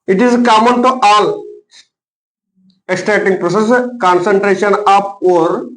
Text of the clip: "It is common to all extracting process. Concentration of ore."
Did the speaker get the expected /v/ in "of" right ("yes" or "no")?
no